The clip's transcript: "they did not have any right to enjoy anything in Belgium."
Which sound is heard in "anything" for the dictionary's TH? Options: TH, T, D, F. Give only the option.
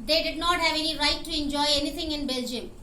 T